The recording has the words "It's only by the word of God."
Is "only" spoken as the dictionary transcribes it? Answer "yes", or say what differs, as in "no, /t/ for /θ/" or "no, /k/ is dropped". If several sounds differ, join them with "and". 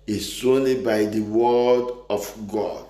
no, /l/ is dropped